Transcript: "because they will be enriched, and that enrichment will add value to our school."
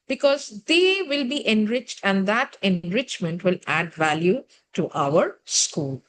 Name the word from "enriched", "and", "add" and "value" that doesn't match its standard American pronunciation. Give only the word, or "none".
none